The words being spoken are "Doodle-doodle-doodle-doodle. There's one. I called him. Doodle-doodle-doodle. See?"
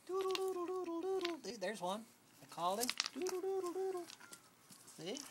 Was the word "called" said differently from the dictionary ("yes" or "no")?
yes